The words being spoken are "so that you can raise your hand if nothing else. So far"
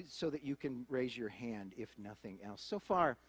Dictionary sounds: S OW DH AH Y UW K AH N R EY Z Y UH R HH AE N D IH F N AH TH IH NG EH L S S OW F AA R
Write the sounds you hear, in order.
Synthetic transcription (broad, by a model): S OW DH AH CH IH K AH N R EY Z Y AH R HH AE N D IH F N AH TH IH NG EH L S S OW F AA R